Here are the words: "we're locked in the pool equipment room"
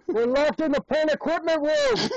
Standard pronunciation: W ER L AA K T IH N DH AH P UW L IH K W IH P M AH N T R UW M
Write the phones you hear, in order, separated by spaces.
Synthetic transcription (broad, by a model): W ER L AA K T IH N DH AH P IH N IH K W IH P M AH N T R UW